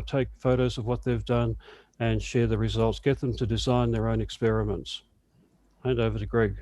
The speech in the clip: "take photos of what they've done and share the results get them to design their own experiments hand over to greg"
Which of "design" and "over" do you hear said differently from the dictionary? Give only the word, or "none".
none